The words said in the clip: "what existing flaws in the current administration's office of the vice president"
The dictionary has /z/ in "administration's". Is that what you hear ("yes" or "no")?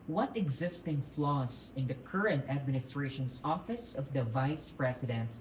no